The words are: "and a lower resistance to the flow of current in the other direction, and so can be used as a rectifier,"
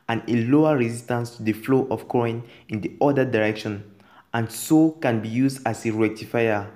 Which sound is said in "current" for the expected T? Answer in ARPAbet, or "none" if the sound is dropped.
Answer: none